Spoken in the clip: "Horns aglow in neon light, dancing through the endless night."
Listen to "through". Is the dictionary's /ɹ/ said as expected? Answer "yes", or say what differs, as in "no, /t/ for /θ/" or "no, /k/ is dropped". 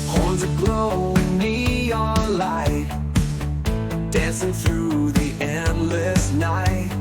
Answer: yes